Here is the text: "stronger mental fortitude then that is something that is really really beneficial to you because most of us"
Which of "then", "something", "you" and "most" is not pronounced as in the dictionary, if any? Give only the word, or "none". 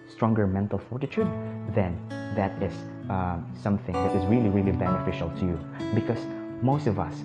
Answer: none